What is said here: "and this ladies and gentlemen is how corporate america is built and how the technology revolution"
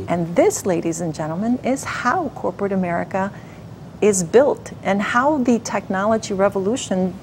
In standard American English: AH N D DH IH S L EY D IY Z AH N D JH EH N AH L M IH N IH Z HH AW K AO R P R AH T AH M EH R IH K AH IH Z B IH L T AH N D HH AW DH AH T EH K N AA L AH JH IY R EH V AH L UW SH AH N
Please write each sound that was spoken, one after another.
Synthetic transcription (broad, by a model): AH N DH IH S L EY D IY Z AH N JH EH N L M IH N IH Z HH AW K AO R P R AH T AH M EH R IH K AH IH Z B IH L T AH N HH AW DH AH T EH K N AA L AH JH IY R EH V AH L UW SH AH N